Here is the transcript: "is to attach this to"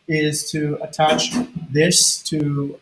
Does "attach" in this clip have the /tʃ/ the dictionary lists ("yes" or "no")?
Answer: yes